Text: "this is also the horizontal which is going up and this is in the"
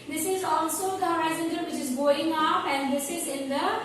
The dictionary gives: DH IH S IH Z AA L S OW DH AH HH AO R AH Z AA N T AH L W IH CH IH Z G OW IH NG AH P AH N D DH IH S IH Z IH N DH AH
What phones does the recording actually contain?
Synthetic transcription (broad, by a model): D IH S IH Z AA L S OW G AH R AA AH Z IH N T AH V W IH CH IH Z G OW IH NG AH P AH N D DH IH S IH Z IH N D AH